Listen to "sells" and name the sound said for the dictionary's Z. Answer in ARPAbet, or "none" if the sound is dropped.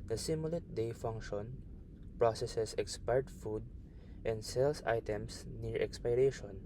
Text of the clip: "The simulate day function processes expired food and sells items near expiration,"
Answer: S